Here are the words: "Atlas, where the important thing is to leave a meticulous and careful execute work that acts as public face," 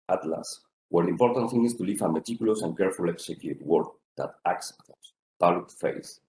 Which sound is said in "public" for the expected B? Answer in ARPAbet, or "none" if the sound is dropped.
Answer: none